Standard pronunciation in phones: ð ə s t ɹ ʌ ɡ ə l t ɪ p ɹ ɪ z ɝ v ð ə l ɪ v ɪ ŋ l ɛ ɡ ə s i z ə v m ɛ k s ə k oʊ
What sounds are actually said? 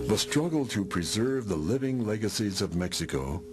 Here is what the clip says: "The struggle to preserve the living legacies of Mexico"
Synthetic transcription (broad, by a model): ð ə s t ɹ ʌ ɡ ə l t ɪ p ɹ ɪ z ɝ v ð ə l ɪ v ɪ ŋ l ɛ ɡ ə s i z ə v m ɛ k s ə k oʊ